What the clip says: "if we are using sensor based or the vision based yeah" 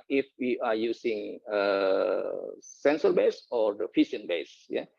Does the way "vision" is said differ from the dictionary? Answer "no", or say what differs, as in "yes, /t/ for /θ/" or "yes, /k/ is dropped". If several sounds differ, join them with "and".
yes, /f/ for /v/ and /ʃ/ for /ʒ/